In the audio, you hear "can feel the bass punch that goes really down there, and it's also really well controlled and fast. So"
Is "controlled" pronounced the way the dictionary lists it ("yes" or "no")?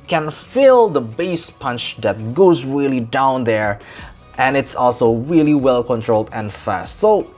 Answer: yes